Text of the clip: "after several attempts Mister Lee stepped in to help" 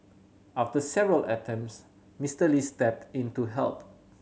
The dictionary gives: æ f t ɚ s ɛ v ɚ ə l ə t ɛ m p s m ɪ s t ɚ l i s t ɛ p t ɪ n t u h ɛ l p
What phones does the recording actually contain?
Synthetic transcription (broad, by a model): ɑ f t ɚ s ɛ v ɚ ə l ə t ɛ m s m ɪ s t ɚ l i s t ɛ p t ɪ n t u h ɛ l p